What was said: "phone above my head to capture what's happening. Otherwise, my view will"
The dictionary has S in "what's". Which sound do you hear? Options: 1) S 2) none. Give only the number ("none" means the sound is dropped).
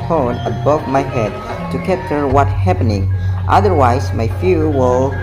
2